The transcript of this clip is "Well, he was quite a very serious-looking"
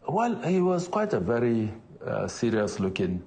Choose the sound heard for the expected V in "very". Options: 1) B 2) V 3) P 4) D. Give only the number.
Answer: 2